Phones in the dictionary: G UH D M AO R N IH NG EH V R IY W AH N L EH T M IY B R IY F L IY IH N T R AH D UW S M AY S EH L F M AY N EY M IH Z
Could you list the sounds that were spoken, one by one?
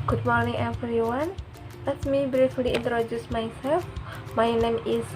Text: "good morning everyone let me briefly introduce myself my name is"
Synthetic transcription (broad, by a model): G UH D M AO R N IH NG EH F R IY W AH N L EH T M IY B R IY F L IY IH N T R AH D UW S M AY S EH L F M AY N EY M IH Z